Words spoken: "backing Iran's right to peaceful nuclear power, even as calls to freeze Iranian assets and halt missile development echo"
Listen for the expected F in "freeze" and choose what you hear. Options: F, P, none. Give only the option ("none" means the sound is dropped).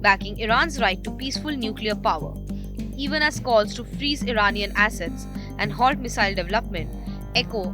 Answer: F